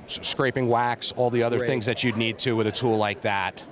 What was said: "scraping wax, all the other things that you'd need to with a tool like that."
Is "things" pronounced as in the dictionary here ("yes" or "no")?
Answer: yes